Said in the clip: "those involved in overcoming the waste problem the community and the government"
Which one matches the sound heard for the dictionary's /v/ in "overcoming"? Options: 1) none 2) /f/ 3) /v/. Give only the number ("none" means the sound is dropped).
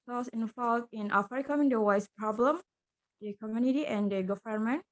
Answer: 2